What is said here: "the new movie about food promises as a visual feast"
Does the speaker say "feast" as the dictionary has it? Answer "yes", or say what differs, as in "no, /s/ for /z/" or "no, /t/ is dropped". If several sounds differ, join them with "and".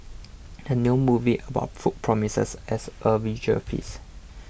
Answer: no, /t/ is dropped